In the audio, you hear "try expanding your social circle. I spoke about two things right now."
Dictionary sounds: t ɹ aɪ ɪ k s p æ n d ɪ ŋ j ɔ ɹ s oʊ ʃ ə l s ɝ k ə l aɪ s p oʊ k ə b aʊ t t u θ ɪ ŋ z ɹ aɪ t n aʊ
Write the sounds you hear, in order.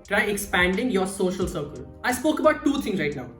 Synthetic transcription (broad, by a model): t ɹ aɪ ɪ k s p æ n d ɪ ŋ j ɔ ɹ s oʊ ʃ ə l s ɝ k ə l aɪ s p oʊ k ə b aʊ t t u t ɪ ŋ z ɹ aɪ t n aʊ